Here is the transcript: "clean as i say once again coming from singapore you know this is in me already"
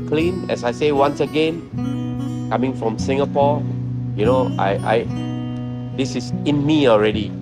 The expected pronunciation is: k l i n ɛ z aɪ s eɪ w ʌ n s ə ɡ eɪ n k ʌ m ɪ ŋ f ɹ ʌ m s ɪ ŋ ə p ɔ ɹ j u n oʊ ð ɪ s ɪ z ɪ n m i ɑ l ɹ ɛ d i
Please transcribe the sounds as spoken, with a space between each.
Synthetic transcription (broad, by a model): k l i n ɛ s aɪ s eɪ w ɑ n s ə ɡ eɪ n k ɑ m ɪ ŋ f ɹ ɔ m s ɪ ŋ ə p ɔ j u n oʊ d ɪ s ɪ s ɪ n m i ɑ l ɹ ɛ d i